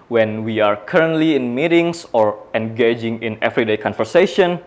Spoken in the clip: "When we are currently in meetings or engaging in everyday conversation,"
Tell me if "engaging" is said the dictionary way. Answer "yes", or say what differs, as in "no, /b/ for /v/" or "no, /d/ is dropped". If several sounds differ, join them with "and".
yes